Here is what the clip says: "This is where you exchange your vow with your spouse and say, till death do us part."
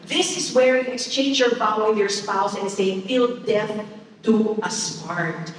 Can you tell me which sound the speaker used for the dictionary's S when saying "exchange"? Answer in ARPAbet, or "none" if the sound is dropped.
S